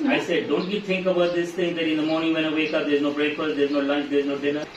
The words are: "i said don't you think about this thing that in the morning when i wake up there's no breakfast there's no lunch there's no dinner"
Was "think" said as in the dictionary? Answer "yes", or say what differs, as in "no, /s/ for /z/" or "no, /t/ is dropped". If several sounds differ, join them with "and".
no, /t/ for /θ/